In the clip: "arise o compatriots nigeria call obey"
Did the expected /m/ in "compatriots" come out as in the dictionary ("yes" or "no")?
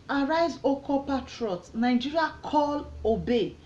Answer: no